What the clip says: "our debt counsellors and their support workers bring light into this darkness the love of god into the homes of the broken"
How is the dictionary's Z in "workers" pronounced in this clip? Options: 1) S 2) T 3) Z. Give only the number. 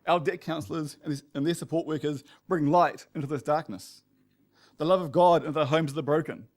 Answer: 3